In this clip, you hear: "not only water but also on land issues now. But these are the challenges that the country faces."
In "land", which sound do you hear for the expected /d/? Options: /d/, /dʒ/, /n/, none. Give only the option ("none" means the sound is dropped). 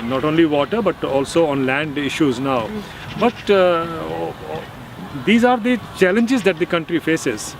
/d/